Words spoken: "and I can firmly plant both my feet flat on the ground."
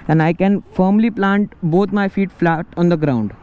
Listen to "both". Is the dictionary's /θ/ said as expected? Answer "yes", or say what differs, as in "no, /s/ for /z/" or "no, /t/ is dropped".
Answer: no, /t/ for /θ/